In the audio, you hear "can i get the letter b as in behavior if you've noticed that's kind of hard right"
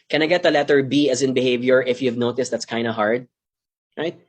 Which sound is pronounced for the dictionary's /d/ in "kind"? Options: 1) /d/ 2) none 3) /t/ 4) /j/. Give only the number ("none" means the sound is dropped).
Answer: 1